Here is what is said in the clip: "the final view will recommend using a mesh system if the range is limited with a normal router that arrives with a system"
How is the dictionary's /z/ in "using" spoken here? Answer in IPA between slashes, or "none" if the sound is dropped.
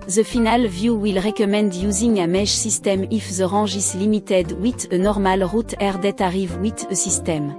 /z/